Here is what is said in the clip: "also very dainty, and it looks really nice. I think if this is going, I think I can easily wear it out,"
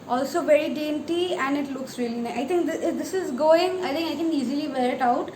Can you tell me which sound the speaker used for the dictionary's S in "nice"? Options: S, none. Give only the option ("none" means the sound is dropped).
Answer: none